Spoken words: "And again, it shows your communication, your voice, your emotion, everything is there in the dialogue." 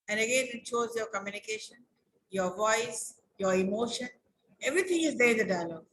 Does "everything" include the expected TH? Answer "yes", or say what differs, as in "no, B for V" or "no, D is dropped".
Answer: no, T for TH